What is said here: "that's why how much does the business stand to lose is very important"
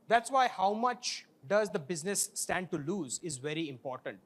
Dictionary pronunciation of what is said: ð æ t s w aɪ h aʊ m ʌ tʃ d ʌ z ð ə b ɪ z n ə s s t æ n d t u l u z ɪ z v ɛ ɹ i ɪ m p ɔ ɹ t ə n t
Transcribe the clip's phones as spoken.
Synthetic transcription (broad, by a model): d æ t s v aɪ h aʊ m ʌ tʃ d ʌ z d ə b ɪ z n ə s s t æ n d t u l u z ɪ z v ɛ ɹ i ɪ m p ɔ ɹ t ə n t